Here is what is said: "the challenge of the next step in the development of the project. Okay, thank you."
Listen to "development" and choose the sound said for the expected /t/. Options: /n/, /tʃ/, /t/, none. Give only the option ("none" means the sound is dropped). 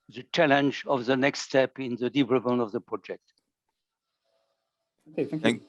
none